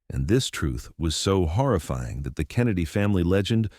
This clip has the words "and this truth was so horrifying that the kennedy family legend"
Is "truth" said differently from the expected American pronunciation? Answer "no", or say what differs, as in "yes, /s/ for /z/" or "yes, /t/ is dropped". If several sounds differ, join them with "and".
no